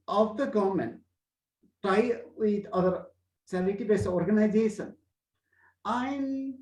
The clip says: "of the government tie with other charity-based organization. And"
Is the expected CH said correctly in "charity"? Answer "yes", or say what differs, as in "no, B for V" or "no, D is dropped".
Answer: no, S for CH